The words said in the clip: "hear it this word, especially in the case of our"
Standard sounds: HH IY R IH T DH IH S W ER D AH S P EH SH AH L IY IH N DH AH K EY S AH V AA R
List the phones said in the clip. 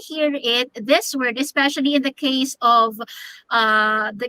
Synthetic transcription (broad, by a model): HH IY R IH T DH IH S W ER D AH S P EH SH AH L IY IH N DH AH K EY S AH V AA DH